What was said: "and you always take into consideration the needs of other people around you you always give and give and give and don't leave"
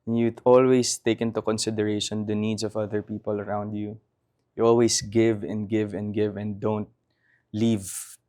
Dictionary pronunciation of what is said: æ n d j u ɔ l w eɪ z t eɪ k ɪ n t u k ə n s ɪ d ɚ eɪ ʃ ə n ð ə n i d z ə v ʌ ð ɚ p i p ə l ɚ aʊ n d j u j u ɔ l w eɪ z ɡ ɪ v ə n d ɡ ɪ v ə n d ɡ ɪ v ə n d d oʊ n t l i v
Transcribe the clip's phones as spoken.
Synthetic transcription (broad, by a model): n j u ɔ l w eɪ s t eɪ k ɪ n t u k ə n s ɪ d ɚ eɪ ʃ ə n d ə n i d s ə v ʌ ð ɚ p i p ə l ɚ aʊ n d j u j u ɔ l w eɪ s ɡ ɪ v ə n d ɡ ɪ v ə n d ɡ ɪ v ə n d d oʊ n t l i v